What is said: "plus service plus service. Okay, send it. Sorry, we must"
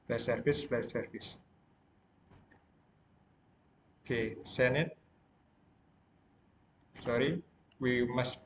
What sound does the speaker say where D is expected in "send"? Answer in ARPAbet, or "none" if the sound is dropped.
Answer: none